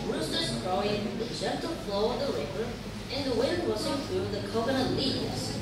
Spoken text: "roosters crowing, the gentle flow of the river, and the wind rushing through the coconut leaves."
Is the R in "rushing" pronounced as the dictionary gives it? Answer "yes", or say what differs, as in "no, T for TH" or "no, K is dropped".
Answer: no, W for R